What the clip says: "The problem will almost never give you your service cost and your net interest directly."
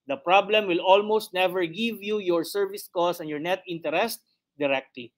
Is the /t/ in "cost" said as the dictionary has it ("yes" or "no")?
no